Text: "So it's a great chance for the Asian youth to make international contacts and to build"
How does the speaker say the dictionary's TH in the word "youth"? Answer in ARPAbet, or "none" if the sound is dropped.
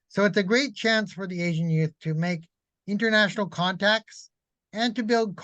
TH